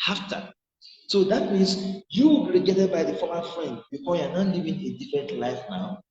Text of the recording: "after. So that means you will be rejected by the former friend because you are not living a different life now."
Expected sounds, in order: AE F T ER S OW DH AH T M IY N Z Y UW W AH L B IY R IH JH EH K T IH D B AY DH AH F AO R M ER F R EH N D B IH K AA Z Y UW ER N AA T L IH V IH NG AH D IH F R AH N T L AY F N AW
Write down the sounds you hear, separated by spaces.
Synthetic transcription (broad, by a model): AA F T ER S OW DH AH T M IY N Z Y UW W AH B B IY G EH T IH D B AY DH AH F AO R M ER F R EH N D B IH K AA S Y UW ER N AA T L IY V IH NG AH D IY F R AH N T L AY F N AW